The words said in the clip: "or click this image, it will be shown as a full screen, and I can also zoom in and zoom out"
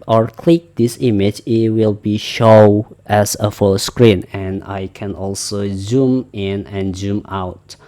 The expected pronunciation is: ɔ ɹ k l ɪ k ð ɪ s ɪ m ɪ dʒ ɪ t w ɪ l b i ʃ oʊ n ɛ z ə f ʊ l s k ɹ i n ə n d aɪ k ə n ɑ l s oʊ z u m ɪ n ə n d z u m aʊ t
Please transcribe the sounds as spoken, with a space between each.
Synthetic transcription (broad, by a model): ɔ ɹ k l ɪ k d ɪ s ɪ m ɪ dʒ ɪ t w ɪ l b i ʃ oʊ ɛ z ə f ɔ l s k ɹ i n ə n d aɪ k ə n ɑ l s oʊ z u m ɪ n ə n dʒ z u m aʊ t